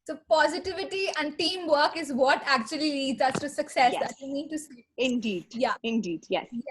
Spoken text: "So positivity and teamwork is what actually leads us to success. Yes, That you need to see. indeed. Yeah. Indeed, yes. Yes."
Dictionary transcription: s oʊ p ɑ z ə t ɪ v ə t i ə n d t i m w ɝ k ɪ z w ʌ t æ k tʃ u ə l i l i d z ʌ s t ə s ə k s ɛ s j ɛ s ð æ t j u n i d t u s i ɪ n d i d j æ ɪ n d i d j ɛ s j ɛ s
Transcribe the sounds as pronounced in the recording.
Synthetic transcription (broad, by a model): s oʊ p ɑ z ə t ɪ v ə t i ə n d t i m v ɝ k ɪ z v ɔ t æ k tʃ u ə l i n i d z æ s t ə s ə k s ɛ s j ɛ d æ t j u n i d t u s i ɪ n d i d j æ ɪ n d i d j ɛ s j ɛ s